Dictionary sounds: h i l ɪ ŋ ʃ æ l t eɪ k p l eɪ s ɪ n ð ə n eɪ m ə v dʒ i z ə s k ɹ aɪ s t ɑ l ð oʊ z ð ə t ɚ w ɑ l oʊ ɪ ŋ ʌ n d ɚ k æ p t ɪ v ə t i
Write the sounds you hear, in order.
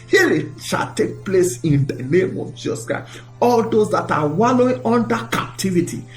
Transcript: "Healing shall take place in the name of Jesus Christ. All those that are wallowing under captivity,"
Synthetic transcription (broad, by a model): h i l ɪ ʃ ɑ l t eɪ k p l eɪ s ɪ n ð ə n eɪ m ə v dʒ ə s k aɪ ɑ l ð oʊ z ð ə t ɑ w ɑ l oʊ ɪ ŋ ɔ n d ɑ k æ p t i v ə t i